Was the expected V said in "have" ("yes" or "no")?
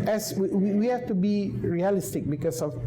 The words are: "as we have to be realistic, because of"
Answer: no